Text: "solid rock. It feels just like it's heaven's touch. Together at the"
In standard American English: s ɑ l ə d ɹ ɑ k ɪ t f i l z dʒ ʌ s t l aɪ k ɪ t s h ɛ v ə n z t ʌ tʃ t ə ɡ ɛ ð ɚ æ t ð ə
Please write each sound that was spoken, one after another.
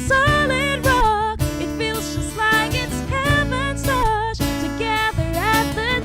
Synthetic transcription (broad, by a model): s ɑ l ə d ɹ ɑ ɪ t f i l z dʒ ʌ s t l aɪ k ɪ t s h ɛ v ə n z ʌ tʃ t ə ɡ ɛ ð ɚ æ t ð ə